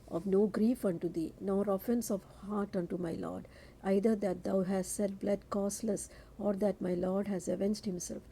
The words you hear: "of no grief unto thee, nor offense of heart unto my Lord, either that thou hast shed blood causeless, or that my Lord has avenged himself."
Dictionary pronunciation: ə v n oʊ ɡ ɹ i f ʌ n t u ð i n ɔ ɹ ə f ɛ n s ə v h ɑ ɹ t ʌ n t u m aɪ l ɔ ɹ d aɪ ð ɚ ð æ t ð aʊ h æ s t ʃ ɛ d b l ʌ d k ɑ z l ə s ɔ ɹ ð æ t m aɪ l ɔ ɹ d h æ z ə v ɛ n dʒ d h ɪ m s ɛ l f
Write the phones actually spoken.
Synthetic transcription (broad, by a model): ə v n oʊ ɡ ɹ i f ʌ n t u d i n ɔ ɹ ə f ɛ n s ə v h ɑ ɹ t ʌ n t u m aɪ l ɔ ɹ d aɪ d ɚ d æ t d aʊ h æ s t s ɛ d b l ʌ d k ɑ s l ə s ɔ ɹ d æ t m aɪ l ɔ ɹ d h æ z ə v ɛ n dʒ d h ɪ m s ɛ l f